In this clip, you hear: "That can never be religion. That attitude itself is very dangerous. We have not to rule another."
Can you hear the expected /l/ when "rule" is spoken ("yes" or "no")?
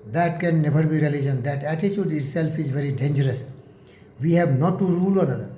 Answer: yes